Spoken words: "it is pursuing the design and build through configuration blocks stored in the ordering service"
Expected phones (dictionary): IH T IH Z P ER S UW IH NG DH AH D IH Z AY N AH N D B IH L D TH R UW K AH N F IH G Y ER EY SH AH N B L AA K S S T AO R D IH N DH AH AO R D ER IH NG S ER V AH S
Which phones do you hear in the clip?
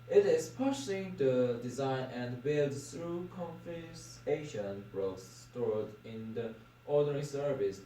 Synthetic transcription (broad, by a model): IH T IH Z P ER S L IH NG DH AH D IH Z AY N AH N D B IH L D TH R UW K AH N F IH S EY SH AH N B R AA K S S T AO R D IH N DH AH AO R D ER IH NG S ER V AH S